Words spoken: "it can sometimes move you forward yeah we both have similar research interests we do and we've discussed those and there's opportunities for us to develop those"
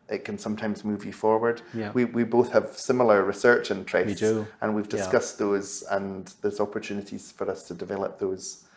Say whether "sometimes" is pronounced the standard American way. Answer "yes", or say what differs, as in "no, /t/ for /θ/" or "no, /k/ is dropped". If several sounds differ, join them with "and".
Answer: yes